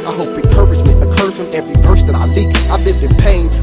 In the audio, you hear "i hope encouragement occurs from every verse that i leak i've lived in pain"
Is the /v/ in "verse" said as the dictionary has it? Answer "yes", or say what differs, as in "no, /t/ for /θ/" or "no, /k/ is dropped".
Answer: no, /p/ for /v/